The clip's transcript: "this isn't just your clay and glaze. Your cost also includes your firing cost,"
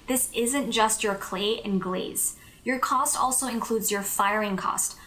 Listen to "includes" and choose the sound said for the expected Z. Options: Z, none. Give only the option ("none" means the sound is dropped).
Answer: Z